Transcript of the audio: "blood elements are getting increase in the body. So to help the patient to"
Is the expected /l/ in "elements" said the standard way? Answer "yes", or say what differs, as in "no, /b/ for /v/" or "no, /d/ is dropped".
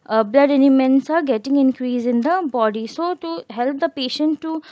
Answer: no, /n/ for /l/